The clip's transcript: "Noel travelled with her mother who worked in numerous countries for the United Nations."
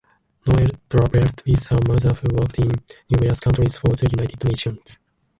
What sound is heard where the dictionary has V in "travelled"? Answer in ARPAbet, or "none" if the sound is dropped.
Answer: B